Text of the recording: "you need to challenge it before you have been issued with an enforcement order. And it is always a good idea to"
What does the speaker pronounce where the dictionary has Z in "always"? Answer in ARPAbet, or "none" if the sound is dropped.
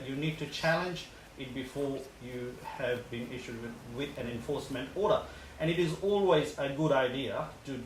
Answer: Z